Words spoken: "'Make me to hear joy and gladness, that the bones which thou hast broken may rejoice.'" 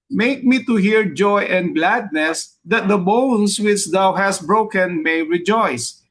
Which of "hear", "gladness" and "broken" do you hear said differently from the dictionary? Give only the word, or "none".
none